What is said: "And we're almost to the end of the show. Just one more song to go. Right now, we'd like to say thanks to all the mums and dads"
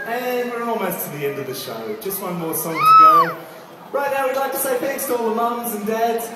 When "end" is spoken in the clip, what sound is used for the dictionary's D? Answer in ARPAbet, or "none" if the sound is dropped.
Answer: D